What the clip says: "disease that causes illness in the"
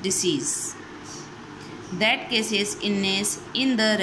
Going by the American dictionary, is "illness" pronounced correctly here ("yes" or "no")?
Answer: no